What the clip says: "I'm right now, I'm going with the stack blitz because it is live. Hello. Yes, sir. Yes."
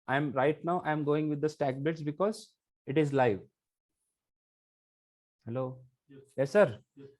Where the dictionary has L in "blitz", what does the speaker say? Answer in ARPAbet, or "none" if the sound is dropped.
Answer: none